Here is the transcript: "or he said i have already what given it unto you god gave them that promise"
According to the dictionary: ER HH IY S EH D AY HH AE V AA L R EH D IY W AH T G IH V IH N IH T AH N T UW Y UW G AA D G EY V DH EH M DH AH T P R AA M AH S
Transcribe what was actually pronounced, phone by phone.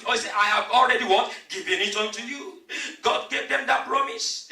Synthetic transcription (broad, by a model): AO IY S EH AY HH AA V AA L R EH D IY W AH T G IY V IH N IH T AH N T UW Y UW G AA D G EY V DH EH M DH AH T P R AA M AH S